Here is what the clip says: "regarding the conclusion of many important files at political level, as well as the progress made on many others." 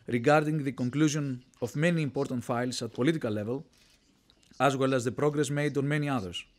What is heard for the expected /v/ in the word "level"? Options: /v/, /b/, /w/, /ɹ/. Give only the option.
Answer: /v/